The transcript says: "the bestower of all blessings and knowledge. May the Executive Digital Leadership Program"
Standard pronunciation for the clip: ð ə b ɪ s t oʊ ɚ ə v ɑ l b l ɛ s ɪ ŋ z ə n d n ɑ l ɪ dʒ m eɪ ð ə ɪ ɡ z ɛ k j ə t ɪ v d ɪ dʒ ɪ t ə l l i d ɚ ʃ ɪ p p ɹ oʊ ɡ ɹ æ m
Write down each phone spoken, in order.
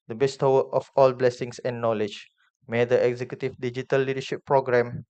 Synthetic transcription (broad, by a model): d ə b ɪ s t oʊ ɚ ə f ɑ l b l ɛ s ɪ ŋ s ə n n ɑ l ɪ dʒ m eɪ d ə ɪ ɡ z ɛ k j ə t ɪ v d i dʒ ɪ t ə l l i d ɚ ʃ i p p ɹ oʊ ɡ ɹ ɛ m